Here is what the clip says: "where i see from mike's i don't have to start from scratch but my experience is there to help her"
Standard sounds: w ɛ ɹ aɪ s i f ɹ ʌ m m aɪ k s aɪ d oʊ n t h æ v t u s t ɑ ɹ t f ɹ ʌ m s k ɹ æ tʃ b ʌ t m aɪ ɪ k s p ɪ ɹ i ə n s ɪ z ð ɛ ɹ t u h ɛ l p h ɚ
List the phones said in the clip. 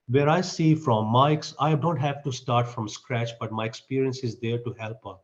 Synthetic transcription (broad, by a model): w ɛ ɹ aɪ s i f ɹ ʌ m m aɪ k s aɪ d oʊ n t h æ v t u s t ɑ ɹ t f ɹ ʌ m s k ɹ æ tʃ b ʌ t m aɪ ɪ k s p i ɹ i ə n s ɪ z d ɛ ɹ t u h ɛ l p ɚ